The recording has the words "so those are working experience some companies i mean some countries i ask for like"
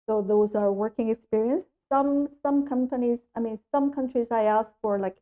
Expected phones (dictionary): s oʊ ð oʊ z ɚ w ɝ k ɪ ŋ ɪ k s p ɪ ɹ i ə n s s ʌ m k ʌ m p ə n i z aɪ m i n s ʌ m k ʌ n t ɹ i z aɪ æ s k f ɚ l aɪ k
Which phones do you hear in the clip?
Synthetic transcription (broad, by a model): s oʊ ð oʊ z ɚ w ɝ k ɪ ŋ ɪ k s p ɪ ɹ i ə n s s ʌ m k ʌ m p ə n i z aɪ m i n s ʌ m k ʌ n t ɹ i z aɪ æ s k f ɚ l aɪ k